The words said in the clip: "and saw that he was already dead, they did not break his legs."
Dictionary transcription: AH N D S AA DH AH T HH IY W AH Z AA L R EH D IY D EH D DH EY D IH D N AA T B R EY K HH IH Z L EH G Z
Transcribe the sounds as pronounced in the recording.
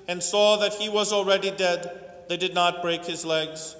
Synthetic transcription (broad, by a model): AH N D S AA DH AH T HH IY W AH Z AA L R EH D IY D EH D DH EY D IH D N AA T B R EY K HH IH Z L EH G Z